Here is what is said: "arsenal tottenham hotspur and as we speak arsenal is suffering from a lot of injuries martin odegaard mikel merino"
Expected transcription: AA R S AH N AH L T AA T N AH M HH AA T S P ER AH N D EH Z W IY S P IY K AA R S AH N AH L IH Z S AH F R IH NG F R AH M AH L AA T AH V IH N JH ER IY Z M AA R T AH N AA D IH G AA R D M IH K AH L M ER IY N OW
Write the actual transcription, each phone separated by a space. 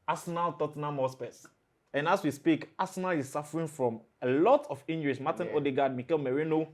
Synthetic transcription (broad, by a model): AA S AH N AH L T AA T N AH M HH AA S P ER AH N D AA S W IY S P IY K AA S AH N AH L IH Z S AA F R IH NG F R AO M AH L AA T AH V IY N JH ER IY S M AA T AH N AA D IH G AA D M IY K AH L M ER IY N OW